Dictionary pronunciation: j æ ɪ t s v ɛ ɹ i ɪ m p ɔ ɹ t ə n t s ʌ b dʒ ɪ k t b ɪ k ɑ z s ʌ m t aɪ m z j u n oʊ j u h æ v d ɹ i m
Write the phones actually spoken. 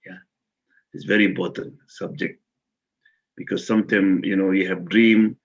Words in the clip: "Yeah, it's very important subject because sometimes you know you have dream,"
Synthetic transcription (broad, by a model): j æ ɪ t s v ɛ ɹ i ɪ m p ɔ ɹ t ə n t s ʌ b dʒ ɪ k t b ɪ k ɑ z s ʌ m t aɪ m j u n oʊ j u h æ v d ɹ i m